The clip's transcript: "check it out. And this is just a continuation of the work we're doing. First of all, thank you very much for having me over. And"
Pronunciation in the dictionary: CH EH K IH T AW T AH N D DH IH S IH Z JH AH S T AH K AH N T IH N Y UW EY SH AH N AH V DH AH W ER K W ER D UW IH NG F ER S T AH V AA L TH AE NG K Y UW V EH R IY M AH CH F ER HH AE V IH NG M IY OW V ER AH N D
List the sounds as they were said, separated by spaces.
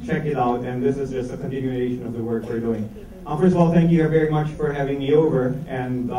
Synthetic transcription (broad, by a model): CH EH K IH T AW T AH N DH IH S IH Z JH AH S T AH K AH N T IH N Y UW EY SH AH N AH V DH AH W ER K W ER D UW IH NG F ER S T AH V AA L TH AE NG K Y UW V EH R IY M AH CH F ER HH AE V IH NG M IY OW V ER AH N